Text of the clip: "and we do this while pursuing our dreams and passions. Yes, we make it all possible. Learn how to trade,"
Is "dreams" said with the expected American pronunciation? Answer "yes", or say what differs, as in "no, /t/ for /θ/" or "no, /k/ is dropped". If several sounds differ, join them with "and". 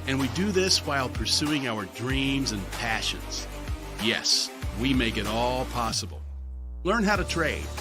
yes